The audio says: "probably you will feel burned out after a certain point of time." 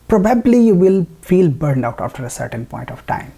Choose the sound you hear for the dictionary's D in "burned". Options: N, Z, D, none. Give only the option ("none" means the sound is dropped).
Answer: D